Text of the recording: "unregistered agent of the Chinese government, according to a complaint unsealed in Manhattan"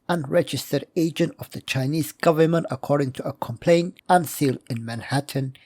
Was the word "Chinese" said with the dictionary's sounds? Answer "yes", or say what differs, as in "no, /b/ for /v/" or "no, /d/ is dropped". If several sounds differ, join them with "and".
yes